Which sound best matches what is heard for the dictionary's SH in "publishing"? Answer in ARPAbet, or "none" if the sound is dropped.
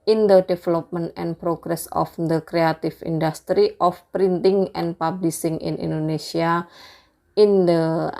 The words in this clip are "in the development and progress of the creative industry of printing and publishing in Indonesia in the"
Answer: S